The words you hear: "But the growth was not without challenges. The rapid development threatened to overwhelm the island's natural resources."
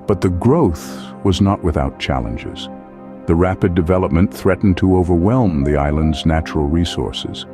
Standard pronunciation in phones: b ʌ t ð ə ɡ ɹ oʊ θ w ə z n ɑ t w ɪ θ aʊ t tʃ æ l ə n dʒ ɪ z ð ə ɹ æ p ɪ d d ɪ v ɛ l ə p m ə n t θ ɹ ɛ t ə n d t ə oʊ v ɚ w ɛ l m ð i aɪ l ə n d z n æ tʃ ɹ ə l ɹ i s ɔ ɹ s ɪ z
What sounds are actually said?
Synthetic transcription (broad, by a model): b ʌ t ð ə ɡ ɹ oʊ θ w ə z n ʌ t w ɪ θ aʊ t tʃ æ l ə n dʒ ɪ z ð ə ɹ æ p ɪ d d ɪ v ɛ l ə p m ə n θ ɹ ɛ t n t ə oʊ v ɚ w ɛ l m ð i aɪ l ə n d z n æ tʃ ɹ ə l ɹ i s ɔ ɹ s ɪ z